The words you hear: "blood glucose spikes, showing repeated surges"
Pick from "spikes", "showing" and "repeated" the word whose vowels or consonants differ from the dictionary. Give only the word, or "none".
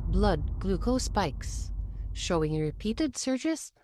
none